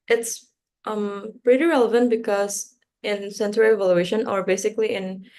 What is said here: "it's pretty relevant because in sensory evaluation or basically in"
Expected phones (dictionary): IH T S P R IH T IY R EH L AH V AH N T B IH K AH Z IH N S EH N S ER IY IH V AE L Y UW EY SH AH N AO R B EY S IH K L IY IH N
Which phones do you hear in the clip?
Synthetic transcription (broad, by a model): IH T S P R IH T IY R EH L AH V AH N T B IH K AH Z IH N S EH N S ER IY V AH L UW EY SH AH N AO R B EY S IH K L IY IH N